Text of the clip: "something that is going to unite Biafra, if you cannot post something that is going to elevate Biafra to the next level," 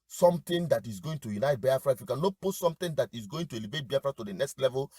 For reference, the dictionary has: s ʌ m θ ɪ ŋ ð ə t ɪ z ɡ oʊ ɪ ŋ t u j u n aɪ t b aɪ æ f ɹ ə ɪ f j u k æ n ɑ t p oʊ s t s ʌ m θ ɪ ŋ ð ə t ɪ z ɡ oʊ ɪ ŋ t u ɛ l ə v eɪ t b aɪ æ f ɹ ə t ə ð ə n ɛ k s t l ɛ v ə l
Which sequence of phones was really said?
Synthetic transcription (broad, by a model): s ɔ m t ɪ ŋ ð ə t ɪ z ɡ oʊ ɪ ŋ t u j u n aɪ t b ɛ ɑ f ɹ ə ɪ f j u k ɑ n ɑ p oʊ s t s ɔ m t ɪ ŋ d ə t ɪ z ɡ oʊ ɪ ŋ t u ɛ l ə v eɪ t b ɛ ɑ f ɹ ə t ə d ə n ɛ k s t l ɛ v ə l